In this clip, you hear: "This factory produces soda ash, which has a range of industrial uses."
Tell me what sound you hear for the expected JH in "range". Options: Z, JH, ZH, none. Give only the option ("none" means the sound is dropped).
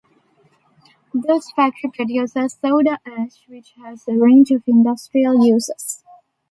JH